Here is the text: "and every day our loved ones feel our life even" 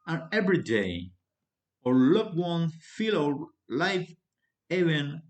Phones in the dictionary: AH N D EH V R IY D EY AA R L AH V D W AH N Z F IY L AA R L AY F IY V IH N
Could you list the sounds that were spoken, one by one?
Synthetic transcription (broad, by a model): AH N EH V R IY D EY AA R L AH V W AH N F IY L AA L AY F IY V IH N